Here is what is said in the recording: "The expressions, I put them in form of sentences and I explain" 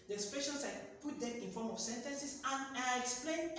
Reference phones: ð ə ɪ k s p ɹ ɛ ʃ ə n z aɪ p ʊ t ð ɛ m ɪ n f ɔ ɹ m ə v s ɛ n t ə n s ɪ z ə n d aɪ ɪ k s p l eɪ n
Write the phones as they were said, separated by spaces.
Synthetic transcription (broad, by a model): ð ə s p ɛ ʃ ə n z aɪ p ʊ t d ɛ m ɪ n f ɔ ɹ m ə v s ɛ n t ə n s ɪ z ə n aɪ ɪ k s p l eɪ n